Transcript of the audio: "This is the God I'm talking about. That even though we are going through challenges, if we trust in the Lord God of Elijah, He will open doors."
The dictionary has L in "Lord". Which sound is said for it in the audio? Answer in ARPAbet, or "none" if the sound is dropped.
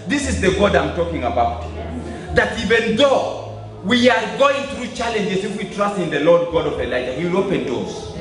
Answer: L